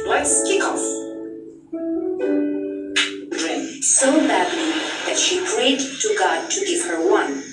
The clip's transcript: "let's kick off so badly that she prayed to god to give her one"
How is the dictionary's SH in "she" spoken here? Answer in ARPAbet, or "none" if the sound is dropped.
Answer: SH